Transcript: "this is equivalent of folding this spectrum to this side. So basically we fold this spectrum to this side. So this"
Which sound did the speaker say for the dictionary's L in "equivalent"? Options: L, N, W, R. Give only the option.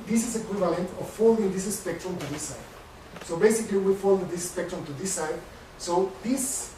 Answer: L